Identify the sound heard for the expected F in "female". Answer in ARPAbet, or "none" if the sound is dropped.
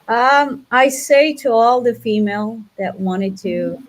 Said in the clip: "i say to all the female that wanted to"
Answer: F